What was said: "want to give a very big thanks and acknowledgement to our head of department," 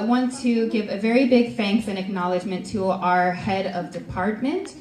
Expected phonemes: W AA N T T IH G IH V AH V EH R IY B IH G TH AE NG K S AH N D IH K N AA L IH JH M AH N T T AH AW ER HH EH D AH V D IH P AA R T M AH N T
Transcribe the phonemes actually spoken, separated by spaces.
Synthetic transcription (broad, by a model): W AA N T T IH G IH V AH V EH R IY B IH G F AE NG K TH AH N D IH K N AA L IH JH M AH N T T AH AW ER HH EH D AH V D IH P AA R T M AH N T